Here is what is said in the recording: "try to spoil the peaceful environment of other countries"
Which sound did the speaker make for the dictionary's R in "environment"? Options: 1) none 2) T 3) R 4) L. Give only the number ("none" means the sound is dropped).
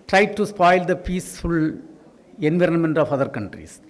3